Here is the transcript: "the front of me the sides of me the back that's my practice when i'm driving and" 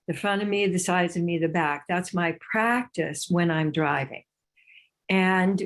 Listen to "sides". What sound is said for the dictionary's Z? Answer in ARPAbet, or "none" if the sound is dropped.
Z